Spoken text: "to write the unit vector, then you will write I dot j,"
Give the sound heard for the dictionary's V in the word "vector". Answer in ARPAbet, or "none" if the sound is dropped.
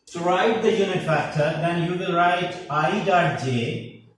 F